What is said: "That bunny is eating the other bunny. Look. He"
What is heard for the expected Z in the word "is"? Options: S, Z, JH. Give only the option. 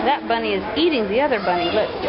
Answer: Z